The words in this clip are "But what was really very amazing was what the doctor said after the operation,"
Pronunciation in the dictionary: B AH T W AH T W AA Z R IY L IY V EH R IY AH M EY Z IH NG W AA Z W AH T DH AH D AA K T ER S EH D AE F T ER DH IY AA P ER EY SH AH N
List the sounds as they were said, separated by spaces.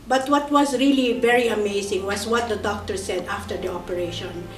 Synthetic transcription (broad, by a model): B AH T W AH T W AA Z R IY L IY V EH R IY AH M EY S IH NG W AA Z W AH T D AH D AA K T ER S EH D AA F T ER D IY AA P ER EY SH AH N